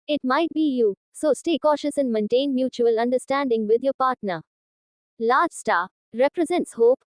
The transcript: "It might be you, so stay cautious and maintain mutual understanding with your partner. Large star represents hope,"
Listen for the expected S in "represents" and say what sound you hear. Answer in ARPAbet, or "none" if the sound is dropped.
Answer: S